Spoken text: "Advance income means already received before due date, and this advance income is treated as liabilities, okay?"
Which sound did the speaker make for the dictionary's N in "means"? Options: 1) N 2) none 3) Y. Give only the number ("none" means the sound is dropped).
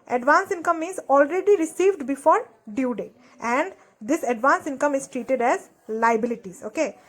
2